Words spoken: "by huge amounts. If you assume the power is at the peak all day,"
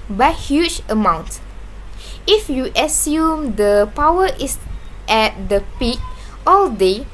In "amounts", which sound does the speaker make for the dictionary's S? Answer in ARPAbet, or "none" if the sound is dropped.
none